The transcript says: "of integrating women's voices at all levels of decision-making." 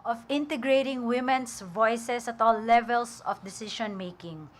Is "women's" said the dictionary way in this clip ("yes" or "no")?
no